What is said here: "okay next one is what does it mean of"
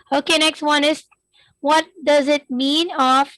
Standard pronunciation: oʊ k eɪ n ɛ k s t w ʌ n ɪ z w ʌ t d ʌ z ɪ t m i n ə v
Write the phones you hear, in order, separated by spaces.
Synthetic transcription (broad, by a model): oʊ k eɪ n ɛ k s t w ʌ n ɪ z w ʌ t d ʌ z ɪ t m i n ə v